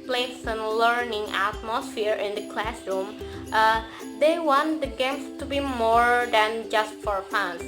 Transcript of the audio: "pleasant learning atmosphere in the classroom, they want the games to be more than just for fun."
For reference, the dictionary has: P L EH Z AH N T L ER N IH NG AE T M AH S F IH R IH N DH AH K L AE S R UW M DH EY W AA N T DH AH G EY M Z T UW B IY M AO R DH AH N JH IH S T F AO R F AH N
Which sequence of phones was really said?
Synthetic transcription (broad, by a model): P L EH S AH N L ER N IH NG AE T M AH S F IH R IH N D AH K L AE S R UW M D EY W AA N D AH G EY M S T UW B IY M AO R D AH N JH IH S T F AO R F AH N